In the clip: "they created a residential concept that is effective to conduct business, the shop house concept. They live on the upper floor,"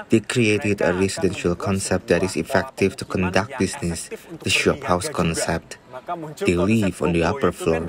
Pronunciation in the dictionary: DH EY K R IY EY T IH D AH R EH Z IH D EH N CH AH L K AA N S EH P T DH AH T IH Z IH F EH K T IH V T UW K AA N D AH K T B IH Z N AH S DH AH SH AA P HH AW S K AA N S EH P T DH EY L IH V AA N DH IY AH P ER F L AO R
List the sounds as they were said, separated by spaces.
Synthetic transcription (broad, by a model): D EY K R IY EY T IH D AH R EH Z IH D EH N SH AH L K AA N S EH P T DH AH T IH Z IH F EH K T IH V T UW K AA N D AH K T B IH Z N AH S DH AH SH AA P HH AW S K AA N S EH P T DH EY L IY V AA N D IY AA P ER F L AO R